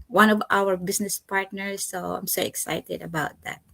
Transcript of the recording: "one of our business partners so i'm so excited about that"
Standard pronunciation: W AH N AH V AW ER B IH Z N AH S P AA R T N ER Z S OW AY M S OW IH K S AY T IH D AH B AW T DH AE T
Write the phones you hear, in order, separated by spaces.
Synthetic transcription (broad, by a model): W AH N AH V AW ER B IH S N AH S P AA R T N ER S OW AY M S OW IH K S AY T IH D AH B AW T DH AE T